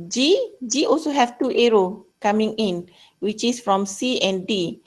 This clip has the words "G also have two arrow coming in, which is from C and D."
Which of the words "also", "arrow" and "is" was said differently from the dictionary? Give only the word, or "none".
is